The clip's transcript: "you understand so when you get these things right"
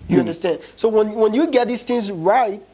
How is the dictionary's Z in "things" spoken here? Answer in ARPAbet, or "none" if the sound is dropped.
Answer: Z